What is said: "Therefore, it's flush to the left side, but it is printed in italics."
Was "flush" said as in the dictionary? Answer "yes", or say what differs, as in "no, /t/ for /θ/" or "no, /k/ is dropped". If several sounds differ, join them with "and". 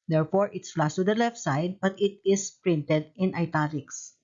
no, /s/ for /ʃ/